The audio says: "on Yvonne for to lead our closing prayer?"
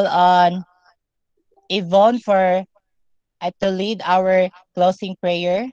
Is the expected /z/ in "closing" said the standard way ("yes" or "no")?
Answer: no